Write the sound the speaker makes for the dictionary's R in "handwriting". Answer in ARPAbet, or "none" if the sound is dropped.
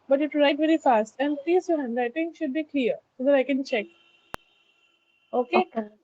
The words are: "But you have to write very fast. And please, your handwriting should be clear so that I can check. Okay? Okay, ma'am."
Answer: none